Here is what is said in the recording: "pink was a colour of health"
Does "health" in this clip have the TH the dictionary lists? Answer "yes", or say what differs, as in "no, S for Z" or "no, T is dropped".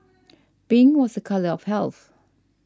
yes